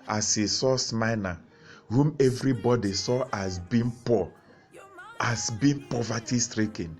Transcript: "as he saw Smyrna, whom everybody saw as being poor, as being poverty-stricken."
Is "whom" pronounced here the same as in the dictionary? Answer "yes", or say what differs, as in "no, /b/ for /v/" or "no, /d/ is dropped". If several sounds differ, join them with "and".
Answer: yes